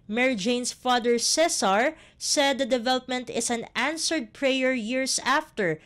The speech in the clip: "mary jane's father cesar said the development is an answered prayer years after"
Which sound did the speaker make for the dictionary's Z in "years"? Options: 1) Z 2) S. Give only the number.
2